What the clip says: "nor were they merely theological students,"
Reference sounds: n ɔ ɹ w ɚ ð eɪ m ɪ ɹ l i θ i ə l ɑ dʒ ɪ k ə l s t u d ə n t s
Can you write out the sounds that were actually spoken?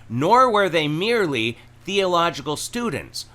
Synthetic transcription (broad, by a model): n ɔ ɹ w ɚ ð eɪ m ɪ ɹ l i θ i ə l ɑ dʒ ɪ k ə l s t u d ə n t s